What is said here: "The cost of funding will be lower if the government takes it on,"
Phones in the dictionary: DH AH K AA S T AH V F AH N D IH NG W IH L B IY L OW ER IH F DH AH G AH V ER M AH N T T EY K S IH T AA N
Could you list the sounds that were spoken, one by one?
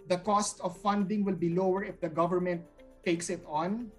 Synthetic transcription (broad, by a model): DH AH K AA S T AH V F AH N D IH NG W IH L B IY L OW ER IH F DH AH G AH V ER M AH N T T EY K S IH T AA N